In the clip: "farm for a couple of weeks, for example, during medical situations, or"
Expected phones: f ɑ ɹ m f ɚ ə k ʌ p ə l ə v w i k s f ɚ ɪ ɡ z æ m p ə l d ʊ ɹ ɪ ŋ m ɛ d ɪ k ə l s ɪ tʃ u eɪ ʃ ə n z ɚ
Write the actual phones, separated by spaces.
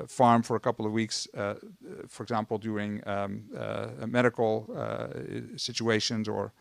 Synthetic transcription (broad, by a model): f ɑ ɹ m f ɚ ə k ʌ p l ə v w i k s f ɚ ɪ ɡ z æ m p l d ʊ ɹ ɪ ŋ m ɛ d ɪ k l s ɪ tʃ u eɪ ʃ ə n z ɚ